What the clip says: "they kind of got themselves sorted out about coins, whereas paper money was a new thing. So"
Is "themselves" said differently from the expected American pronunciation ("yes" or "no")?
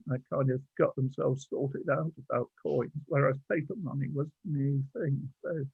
no